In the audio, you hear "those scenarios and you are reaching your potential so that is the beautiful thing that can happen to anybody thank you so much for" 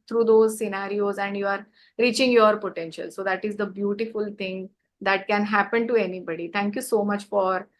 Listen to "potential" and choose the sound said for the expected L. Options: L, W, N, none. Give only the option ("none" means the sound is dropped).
L